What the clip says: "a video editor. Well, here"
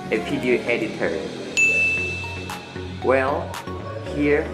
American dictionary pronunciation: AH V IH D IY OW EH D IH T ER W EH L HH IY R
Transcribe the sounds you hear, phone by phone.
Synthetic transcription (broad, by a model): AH P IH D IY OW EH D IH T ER W EH L HH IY R